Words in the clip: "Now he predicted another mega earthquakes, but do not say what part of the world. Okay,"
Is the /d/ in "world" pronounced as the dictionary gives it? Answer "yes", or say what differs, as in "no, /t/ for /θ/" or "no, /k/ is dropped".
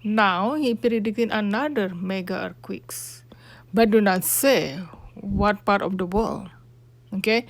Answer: no, /d/ is dropped